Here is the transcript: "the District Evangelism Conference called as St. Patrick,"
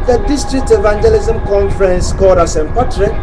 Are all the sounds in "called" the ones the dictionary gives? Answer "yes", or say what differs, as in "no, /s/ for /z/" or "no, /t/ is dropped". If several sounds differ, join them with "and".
no, /l/ is dropped